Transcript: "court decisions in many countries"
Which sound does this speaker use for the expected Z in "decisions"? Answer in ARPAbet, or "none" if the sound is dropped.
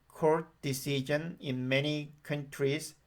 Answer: none